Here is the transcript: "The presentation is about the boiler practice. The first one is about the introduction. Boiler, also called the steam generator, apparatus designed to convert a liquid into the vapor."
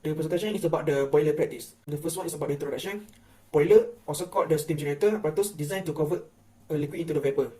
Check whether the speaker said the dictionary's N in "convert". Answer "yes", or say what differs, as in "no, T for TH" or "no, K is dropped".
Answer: no, N is dropped